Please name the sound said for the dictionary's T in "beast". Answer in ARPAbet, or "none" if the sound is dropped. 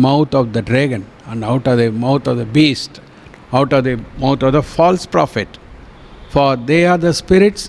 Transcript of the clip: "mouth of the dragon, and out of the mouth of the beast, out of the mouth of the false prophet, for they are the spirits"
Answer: T